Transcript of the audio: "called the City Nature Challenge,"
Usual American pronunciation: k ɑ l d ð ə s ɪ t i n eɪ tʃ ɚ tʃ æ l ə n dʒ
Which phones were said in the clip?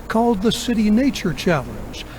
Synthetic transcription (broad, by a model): k ɑ l d ð ə s ɪ t i n eɪ tʃ ɚ tʃ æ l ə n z